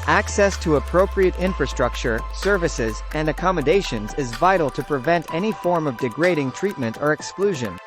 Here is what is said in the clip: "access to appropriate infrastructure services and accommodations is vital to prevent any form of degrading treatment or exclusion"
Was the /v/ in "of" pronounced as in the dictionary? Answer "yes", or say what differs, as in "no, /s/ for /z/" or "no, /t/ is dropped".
yes